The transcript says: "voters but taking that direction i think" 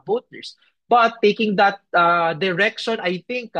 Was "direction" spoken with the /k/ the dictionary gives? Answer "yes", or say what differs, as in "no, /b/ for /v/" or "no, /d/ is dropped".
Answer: yes